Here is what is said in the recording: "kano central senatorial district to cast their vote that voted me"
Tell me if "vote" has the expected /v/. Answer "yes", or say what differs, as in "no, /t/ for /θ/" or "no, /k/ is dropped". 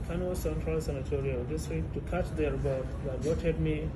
no, /b/ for /v/